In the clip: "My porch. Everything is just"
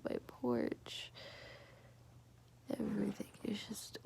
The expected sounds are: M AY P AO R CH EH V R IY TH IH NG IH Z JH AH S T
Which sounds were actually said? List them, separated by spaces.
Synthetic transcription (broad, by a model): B AY P AO R CH EH V R IY TH IH NG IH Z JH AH S T